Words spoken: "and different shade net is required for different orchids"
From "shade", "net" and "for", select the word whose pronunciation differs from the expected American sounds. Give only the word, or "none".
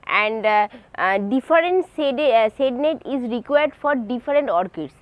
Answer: shade